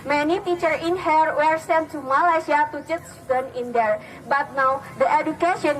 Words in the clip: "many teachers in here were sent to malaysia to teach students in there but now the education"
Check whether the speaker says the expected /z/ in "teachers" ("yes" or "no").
no